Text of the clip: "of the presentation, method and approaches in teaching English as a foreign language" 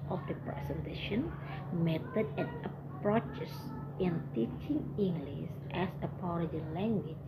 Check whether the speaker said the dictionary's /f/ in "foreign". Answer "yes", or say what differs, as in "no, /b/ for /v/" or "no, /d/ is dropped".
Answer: no, /p/ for /f/